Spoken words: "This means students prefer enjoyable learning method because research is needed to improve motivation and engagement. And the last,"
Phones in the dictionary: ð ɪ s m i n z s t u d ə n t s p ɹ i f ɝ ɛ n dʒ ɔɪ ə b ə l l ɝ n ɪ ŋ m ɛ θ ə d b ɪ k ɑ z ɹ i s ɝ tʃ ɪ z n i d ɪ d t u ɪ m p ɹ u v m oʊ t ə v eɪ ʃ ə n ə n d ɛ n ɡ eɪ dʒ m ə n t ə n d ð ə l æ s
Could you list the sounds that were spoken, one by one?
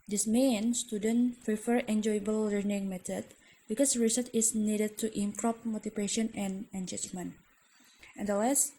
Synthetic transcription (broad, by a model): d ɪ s m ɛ n s t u d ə n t p ɹ i f ɝ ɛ n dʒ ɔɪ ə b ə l l ɝ n ɪ ŋ m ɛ t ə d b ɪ k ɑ s ɹ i s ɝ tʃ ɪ s n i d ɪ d t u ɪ m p ɹ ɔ p m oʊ t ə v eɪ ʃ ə n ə n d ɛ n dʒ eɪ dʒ m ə n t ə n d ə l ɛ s